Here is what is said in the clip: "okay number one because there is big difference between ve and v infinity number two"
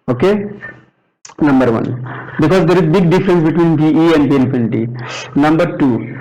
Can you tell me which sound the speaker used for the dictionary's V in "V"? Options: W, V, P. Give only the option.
P